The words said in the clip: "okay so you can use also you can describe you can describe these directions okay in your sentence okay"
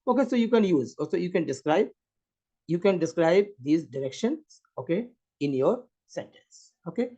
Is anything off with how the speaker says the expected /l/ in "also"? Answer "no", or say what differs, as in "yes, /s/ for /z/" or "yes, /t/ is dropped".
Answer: yes, /l/ is dropped